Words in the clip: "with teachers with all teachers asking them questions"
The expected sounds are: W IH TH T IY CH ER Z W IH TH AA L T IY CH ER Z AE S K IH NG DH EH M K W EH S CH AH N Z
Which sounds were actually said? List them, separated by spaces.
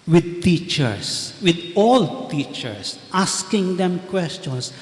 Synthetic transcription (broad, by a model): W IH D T IY CH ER S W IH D AA L T IY CH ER S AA S K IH NG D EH M K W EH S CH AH N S